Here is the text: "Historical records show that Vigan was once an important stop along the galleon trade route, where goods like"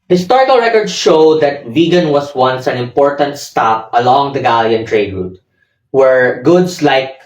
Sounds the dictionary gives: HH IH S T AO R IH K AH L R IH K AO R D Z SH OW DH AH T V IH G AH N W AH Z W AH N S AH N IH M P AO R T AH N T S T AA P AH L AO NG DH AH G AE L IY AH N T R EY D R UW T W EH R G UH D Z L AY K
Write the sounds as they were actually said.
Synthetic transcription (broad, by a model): HH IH S T AO R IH K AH L R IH K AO R D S SH OW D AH T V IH G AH N W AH S W AH N S AH N IH M P AO R T AH N T S T AA P AH L AO NG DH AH G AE L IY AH N T R EY D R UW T W EH R G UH D S L AY K